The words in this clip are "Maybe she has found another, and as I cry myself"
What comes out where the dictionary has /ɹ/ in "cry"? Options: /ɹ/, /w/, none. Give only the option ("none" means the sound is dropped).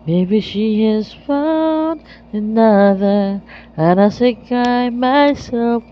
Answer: none